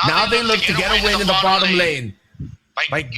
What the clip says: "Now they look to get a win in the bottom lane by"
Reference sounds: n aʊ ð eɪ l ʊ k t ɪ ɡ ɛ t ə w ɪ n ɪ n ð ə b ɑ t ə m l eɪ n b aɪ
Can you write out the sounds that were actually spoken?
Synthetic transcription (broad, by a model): n aʊ ð eɪ l ʊ k t ɪ ɡ ɛ t ə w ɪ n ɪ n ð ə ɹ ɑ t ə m l eɪ n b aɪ